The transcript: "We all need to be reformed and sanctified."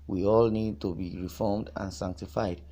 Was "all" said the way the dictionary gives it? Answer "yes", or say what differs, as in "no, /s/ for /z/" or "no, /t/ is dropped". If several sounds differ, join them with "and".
yes